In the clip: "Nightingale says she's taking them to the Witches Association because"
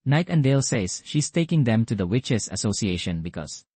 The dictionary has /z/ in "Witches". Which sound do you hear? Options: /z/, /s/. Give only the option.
/s/